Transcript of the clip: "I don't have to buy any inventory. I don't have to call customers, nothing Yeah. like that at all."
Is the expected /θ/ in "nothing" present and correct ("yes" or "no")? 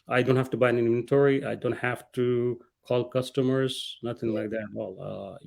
no